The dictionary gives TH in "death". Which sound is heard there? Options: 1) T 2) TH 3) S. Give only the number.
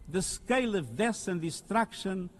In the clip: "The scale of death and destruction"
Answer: 3